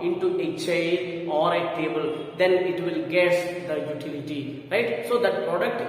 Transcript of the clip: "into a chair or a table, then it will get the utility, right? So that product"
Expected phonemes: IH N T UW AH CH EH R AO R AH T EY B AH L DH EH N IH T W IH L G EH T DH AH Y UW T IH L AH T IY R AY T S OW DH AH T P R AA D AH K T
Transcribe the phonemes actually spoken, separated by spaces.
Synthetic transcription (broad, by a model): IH N T UW AH CH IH L AO R AH T EY B AH L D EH N IH T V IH L G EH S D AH Y UW T IH L AH T IY R AY T S OW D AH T P R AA D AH K T